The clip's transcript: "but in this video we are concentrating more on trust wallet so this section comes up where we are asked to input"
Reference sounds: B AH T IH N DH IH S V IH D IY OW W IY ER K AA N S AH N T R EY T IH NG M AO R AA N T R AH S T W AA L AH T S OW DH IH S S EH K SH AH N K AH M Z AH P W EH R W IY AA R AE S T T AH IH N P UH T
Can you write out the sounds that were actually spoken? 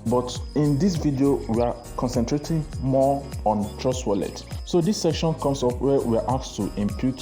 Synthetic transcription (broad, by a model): B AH T IH N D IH S V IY D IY OW W IY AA K AA N S AH N T R EY T IH NG M AO AA N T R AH S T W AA L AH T S OW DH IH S S EH K SH AH N K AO M S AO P W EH W IY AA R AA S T T AH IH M P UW T